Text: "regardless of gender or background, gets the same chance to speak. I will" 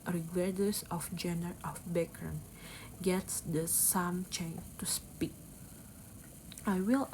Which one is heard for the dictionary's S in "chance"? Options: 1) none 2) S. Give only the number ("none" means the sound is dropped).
1